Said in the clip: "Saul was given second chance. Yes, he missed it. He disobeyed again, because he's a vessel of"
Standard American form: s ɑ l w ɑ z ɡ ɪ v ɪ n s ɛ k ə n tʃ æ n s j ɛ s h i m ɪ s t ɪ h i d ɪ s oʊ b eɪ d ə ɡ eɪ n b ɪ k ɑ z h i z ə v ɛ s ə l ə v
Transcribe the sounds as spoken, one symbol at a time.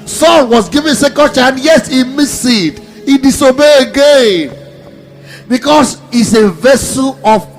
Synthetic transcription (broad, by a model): s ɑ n w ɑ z ɡ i v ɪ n s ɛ k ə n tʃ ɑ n j ɛ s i m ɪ s ɪ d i d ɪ s oʊ b eɪ ə ɡ eɪ n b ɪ k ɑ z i s ə v ɛ s ə l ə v